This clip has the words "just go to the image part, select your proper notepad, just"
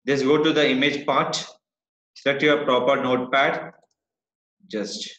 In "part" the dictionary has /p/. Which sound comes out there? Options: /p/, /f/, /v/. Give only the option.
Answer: /p/